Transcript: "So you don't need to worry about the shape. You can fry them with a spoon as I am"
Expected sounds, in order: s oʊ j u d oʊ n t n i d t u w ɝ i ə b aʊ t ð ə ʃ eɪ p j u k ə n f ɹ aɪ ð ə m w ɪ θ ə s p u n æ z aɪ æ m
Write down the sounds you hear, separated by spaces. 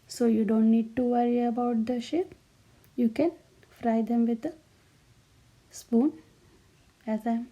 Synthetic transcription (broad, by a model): s oʊ j u d oʊ n t n i d t u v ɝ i ə b aʊ t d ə ʃ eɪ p j u k ə n f ɹ aɪ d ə m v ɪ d ə s p u n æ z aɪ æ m